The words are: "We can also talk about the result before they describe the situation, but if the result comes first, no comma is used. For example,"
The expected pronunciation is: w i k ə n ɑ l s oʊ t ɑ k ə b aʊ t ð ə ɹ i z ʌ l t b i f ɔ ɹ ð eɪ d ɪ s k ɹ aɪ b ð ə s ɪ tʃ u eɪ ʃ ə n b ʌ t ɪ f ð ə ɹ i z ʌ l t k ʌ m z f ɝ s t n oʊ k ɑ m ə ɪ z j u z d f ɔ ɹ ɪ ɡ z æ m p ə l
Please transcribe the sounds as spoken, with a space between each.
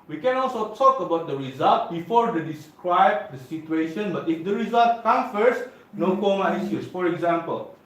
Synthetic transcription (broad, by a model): w i k ə n ɑ l s oʊ t ɑ k ə b aʊ t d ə ɹ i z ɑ l t b i f ɔ ɹ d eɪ d ɪ s k ɹ aɪ b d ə s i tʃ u eɪ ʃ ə n b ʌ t ɪ f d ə ɹ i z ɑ l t k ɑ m f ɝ s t n oʊ k ɑ m ə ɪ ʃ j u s f ɔ ɹ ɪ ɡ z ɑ m p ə l